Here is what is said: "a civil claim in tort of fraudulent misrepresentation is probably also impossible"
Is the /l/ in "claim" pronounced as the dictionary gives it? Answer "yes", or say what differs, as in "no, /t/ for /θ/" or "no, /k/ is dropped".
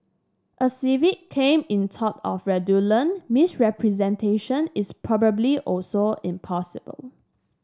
no, /l/ is dropped